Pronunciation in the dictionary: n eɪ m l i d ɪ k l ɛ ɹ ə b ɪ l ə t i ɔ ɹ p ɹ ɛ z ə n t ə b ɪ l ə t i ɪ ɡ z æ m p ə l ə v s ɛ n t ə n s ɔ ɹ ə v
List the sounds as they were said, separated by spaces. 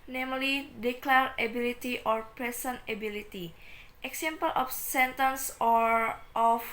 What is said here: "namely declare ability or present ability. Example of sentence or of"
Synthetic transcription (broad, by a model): n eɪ m l i d ɪ k l ɛ ɹ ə b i l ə t i ɔ ɹ p ɹ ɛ s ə n ə b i l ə t i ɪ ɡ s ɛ m p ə l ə f s ɛ n t ə n s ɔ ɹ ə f